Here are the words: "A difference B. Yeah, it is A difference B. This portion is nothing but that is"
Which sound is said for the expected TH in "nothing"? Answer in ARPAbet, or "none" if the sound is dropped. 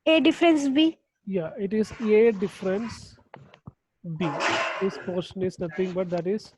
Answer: T